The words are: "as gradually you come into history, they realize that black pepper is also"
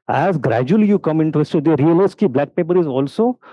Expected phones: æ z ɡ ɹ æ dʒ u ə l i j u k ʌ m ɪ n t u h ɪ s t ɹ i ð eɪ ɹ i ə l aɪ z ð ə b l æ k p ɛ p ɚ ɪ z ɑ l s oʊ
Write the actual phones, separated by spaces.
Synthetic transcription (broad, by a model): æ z ɡ ɹ æ dʒ u ə l i j u k ʌ m ɪ n t u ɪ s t i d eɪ ɹ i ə l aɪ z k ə b l æ k p ɛ p ɚ ɪ z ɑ l s oʊ